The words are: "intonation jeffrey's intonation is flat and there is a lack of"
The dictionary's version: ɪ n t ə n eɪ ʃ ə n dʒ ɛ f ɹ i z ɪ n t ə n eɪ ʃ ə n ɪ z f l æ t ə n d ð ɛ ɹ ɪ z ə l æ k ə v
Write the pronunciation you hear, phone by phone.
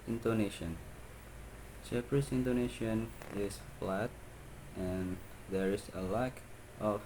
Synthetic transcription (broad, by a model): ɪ n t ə n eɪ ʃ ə n tʃ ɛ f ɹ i s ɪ n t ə n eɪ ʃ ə n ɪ s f l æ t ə n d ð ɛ ɹ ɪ s ə l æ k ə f